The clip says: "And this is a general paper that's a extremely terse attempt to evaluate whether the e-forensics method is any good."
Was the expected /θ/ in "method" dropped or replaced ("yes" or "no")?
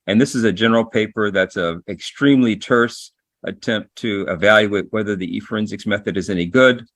no